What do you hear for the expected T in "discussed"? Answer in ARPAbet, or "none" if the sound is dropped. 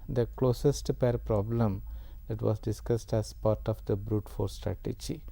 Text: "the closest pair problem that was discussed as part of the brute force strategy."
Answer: T